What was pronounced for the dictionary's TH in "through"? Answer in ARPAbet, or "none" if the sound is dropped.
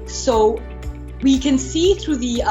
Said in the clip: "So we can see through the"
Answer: TH